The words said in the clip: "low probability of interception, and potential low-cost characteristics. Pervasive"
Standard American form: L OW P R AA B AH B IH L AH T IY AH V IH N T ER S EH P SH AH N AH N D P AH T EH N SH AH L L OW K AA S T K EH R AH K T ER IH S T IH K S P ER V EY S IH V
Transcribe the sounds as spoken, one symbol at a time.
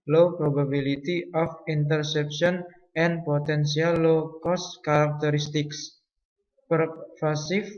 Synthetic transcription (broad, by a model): L OW P R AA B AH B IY L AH T IY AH F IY N T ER S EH P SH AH N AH N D P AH T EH N S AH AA L OW K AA S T K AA R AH K T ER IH S T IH K S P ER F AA S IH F